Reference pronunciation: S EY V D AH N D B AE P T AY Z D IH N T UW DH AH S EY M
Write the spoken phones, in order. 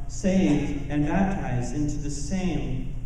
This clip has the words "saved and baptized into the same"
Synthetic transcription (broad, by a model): S EY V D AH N B AE P T AY Z D IH N T UW DH AH S EY M